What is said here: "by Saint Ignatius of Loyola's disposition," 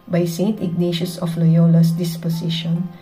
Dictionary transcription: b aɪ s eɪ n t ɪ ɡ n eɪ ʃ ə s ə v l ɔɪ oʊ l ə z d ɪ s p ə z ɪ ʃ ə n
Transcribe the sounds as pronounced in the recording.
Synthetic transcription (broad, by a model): b aɪ s eɪ n t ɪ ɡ n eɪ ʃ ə s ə f l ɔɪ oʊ l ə s d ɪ s p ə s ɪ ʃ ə n